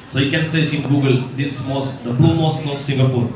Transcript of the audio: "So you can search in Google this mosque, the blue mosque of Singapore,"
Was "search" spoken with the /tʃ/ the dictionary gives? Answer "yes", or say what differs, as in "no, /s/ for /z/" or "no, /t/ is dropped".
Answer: no, /s/ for /tʃ/